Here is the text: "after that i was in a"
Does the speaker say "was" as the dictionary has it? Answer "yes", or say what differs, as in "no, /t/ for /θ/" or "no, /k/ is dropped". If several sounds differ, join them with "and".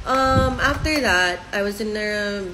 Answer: yes